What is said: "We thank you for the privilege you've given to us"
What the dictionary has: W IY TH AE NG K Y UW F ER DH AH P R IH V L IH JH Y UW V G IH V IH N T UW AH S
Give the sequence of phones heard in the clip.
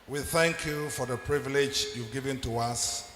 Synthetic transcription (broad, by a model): W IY TH AE NG K Y UW F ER DH AH P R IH V L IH JH Y UW V G IH V IH N T UW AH S